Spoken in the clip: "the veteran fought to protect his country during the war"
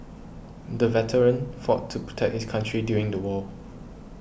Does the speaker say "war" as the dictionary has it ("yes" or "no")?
no